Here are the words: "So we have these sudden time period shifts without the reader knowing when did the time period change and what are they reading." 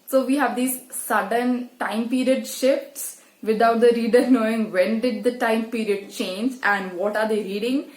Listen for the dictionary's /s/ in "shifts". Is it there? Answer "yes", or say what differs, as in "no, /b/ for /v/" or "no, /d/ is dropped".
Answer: yes